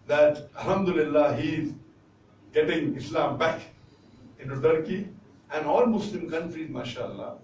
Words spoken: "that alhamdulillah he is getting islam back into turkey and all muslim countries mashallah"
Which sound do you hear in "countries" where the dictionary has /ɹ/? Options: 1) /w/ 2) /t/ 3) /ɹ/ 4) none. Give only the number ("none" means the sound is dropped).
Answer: 3